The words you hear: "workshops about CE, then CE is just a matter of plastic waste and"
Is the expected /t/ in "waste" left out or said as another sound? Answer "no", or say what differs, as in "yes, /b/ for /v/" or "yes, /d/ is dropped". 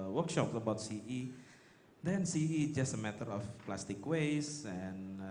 yes, /t/ is dropped